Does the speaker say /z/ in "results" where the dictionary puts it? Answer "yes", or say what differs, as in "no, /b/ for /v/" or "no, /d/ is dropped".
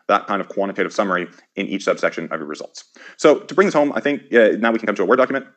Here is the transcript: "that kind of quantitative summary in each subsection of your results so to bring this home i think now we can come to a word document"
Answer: yes